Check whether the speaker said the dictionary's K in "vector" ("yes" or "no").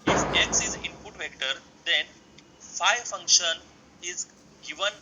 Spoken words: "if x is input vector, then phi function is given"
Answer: yes